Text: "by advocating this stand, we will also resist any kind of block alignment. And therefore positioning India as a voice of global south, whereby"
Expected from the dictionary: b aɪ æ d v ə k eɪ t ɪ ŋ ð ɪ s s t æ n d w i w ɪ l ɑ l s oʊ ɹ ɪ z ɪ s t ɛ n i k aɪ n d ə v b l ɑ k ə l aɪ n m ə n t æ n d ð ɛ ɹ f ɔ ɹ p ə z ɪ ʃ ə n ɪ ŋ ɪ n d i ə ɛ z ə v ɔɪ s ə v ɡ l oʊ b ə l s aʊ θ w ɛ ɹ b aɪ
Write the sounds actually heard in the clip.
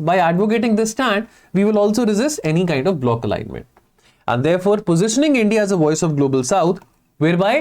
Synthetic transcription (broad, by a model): b aɪ æ d v ə k eɪ t ɪ ŋ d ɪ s s t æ n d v i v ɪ l ɑ l s oʊ ɹ ɪ z ɪ s t ɛ n i k aɪ n d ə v b l ɑ k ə l aɪ n m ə n t æ n d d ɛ ɹ f ɔ ɹ p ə z ɪ ʃ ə n ɪ ŋ ɪ n d i ə z ə v ɔɪ s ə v ɡ l oʊ b ə l s aʊ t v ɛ ɹ b aɪ